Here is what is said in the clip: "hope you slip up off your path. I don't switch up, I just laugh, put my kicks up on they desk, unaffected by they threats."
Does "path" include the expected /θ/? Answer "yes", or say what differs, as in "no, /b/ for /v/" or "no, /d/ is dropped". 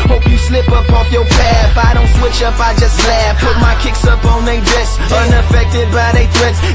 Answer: no, /f/ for /θ/